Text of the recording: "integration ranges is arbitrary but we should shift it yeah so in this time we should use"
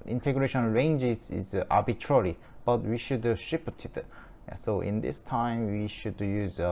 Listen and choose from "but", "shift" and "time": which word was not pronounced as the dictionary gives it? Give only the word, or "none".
shift